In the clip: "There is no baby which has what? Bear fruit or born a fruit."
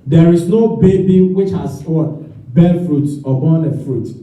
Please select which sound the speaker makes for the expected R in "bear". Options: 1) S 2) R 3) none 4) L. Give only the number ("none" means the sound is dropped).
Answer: 4